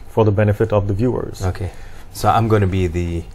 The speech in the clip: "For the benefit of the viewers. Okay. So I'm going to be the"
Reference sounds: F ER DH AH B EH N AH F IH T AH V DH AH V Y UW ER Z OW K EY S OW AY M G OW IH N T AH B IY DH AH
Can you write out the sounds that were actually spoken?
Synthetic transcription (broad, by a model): F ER DH AH B EH N AH F IH T AH V DH AH V Y UW ER Z OW K EY S OW AY M G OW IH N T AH B IY DH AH